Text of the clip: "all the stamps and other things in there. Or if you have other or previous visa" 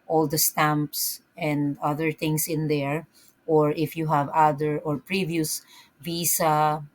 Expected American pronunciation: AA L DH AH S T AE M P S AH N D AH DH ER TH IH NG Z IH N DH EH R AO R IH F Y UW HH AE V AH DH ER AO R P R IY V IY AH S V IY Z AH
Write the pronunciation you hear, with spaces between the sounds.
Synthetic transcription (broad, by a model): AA L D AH S T AE M P S AH N D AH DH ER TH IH NG S IH N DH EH R AO R IH F Y UW HH AE V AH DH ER AO R P R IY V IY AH S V IY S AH